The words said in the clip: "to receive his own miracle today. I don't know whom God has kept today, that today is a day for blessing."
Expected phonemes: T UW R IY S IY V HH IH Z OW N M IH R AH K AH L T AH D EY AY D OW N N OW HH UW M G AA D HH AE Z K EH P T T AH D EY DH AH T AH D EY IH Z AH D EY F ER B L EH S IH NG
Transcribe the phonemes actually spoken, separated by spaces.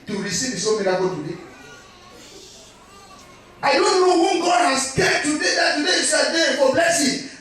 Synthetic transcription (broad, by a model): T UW R IY S IY V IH S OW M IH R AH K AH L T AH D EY AY D OW N N OW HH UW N G AA D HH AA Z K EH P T T AH D EY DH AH T AH D EY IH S AH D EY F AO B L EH S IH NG